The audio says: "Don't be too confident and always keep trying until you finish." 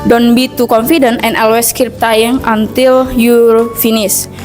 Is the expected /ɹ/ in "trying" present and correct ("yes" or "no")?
no